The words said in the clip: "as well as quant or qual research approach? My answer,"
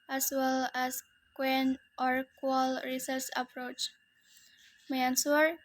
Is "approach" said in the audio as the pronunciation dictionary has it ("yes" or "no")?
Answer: yes